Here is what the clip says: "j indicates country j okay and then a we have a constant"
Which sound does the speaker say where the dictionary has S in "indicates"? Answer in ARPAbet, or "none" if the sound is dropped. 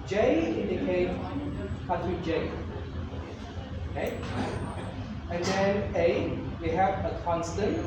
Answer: none